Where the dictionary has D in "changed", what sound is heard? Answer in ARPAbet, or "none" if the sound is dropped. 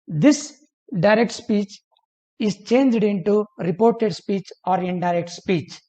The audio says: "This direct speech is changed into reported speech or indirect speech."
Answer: D